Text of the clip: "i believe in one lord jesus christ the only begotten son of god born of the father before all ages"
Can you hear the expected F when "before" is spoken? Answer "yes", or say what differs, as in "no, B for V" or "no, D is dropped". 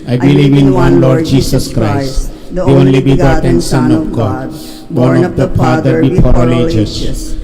no, P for F